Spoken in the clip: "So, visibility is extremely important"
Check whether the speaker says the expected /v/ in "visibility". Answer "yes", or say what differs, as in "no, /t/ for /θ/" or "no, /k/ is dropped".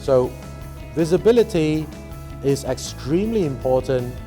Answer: yes